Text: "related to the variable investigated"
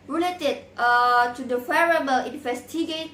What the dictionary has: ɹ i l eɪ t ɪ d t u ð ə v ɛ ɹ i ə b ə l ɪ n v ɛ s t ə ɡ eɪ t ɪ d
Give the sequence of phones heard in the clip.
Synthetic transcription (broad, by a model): ɹ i l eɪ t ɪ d t u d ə f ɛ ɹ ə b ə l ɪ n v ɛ s t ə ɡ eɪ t